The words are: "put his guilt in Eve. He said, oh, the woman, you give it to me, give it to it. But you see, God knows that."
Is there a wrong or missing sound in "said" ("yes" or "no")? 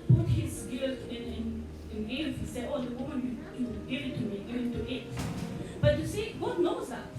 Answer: yes